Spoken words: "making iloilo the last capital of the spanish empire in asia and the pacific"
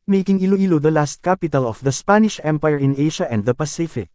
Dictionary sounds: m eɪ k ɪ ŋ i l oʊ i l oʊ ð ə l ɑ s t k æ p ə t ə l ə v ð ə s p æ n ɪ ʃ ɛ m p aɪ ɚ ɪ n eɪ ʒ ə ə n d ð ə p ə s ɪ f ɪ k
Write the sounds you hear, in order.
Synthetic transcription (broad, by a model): m eɪ k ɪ ŋ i l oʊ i l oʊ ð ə l ɑ s t k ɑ p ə t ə l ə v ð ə s p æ n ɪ ʃ ɛ m p aɪ ɚ ɪ n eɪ ʃ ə ə n d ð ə p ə s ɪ f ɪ k